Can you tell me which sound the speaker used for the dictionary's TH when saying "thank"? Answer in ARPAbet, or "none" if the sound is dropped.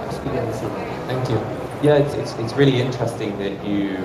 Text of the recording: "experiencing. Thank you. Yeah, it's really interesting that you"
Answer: TH